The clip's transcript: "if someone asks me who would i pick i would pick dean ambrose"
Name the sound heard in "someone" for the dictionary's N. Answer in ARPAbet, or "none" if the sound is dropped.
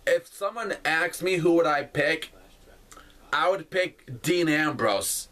N